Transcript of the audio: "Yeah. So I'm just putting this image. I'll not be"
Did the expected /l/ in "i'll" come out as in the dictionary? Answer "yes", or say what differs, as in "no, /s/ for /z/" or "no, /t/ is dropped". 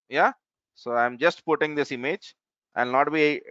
no, /n/ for /l/